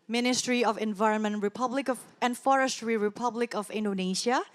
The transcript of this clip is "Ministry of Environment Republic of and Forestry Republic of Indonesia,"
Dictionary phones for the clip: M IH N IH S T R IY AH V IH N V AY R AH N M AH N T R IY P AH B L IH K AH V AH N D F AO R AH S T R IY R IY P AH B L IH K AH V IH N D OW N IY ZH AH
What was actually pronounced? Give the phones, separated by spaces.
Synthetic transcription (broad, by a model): M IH N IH S T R IY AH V IH N V AY R AH N M AH N T R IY P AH B L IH K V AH N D F AO R AH S T R IY R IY P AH B L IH K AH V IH N D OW N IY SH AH